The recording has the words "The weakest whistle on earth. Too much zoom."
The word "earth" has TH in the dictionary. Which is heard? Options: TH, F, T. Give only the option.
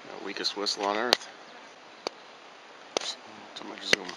TH